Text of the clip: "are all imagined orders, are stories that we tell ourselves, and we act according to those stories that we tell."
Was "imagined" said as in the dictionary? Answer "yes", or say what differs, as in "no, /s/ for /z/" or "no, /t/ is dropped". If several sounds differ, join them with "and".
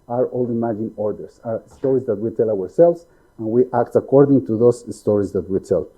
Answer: no, /d/ is dropped